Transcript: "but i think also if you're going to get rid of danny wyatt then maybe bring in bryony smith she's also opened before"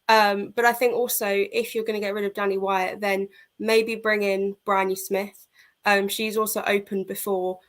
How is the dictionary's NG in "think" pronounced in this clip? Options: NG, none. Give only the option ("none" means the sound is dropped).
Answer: NG